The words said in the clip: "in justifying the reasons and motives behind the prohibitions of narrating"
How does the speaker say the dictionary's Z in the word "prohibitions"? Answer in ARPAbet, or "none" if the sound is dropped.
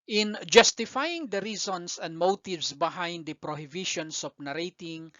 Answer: S